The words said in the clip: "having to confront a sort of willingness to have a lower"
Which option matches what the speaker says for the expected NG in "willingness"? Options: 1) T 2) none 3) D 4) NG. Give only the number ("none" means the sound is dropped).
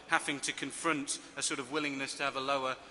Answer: 4